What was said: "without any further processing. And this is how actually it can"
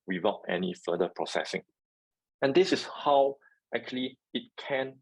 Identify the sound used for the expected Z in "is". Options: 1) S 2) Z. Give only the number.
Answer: 1